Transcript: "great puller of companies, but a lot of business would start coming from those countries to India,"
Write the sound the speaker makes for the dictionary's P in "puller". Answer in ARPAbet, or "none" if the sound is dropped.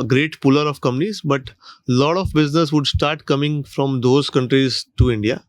P